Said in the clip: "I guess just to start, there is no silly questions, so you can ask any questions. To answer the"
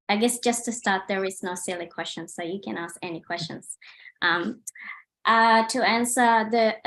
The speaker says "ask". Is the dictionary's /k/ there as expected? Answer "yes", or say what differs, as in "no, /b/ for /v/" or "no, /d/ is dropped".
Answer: yes